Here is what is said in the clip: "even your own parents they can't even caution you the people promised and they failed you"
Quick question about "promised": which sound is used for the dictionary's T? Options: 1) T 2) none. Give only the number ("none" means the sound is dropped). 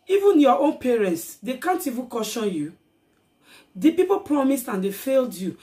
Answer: 1